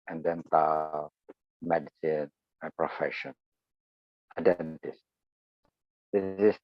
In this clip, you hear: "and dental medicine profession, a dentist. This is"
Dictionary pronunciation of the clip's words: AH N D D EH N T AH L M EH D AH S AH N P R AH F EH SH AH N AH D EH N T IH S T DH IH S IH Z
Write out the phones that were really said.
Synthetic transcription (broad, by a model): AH N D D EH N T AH M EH D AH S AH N P R AH F EH SH AH N AH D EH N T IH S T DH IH IH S